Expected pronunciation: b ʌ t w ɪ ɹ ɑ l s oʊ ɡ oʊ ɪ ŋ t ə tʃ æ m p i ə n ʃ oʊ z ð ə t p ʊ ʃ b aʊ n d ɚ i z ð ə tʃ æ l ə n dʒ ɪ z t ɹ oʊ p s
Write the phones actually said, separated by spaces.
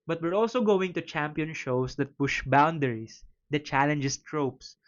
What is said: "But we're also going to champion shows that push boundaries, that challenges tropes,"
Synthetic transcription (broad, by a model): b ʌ t w ɪ ɹ ɑ l s oʊ ɡ oʊ ɪ ŋ t ə tʃ æ m p i ə n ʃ oʊ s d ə t p ʊ ʃ b aʊ n d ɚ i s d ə tʃ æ l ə n dʒ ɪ s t ɹ oʊ p s